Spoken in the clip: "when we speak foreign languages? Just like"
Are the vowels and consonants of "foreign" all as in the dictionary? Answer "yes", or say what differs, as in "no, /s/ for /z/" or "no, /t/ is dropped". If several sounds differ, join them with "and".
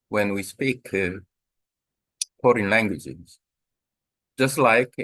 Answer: no, /p/ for /f/